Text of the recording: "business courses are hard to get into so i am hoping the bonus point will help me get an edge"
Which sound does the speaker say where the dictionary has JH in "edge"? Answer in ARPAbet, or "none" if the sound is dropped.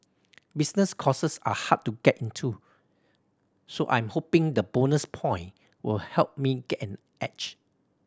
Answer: CH